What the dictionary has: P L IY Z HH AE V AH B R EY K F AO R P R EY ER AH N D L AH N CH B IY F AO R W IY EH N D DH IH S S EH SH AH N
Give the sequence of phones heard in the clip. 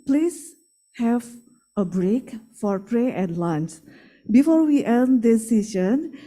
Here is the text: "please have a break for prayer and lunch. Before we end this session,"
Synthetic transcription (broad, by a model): P L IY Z HH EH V AH B R EY K F AO R P R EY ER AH N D L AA N S B IY F AO R W IY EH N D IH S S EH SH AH N